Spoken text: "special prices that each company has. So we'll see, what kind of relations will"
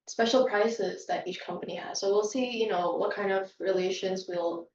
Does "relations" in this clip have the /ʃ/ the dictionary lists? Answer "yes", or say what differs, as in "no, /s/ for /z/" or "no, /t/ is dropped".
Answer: yes